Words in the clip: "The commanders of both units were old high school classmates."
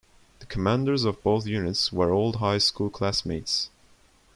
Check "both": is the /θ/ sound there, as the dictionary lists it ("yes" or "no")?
yes